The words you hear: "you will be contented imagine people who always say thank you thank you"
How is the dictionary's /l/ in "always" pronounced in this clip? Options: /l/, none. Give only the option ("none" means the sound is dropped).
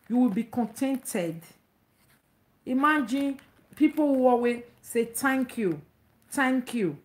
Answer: none